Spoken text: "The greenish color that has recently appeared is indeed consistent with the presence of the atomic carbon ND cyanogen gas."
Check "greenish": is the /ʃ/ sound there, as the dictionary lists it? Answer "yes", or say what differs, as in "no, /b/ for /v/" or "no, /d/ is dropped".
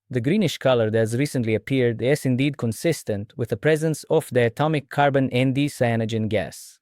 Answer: yes